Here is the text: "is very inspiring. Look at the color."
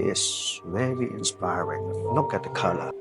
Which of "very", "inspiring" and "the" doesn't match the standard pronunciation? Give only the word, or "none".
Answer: very